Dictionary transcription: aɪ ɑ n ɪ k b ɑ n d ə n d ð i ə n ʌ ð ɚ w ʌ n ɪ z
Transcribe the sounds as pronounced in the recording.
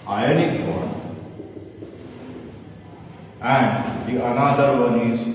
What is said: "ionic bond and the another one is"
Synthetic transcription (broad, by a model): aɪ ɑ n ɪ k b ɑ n ə n d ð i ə n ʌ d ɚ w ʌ n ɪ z